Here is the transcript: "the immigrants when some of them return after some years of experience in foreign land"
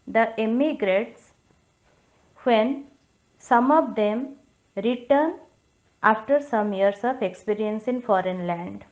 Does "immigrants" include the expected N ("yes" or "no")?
no